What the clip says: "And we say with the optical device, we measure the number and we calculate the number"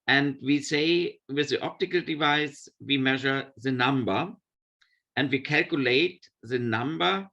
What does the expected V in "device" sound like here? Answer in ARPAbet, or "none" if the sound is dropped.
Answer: V